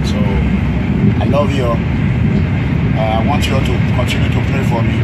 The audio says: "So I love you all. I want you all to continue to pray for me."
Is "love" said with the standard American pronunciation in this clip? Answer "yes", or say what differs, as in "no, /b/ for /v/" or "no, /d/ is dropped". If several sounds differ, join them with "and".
yes